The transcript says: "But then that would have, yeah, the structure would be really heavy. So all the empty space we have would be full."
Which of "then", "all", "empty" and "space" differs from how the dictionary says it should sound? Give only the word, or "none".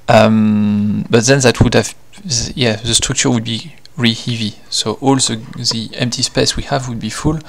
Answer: none